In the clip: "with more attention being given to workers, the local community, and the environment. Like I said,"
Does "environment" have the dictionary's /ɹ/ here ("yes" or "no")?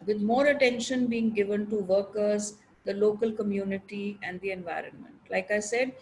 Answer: yes